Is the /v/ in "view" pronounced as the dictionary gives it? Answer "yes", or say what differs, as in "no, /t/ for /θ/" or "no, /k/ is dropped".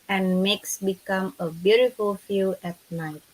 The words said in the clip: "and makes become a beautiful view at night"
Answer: no, /f/ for /v/